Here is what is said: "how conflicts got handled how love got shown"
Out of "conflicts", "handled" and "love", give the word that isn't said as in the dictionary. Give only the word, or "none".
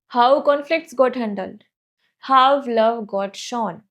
none